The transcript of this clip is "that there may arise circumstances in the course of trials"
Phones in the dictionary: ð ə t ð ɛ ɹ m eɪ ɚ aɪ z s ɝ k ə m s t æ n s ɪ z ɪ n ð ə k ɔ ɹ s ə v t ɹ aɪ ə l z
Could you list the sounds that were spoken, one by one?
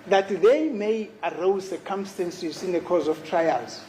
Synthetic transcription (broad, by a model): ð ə t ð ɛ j m eɪ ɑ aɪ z s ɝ k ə m s t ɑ n s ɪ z ɪ n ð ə k ɔ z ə f t ɹ aɪ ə l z